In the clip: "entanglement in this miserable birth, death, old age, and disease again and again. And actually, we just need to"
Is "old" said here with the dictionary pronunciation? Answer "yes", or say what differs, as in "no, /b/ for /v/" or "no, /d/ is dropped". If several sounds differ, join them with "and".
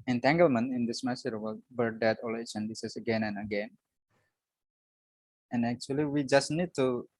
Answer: no, /d/ is dropped